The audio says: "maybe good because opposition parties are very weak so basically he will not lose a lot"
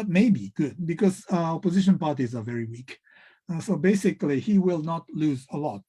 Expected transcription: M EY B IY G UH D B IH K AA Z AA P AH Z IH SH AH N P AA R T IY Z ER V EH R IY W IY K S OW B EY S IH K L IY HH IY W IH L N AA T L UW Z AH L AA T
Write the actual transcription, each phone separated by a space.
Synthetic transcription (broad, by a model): M EY B IY G UH D B IH K AA Z AA P AH Z IH SH AH N P AA R T IY Z ER V EH R IY W IY K S OW B EY S IH K L IY HH IY W IH L N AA T L UW Z AH L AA T